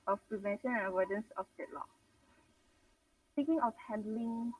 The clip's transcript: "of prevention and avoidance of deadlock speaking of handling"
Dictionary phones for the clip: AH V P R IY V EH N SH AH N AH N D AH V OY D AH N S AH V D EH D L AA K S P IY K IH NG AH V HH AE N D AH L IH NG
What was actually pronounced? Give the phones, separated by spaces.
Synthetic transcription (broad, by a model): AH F P R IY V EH N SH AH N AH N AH W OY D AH N S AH F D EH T L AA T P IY K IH NG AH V HH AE N D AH L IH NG